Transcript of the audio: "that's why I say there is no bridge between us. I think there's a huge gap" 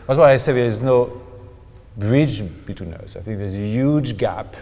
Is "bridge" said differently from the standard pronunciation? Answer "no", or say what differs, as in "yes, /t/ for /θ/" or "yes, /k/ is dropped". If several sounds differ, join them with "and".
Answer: no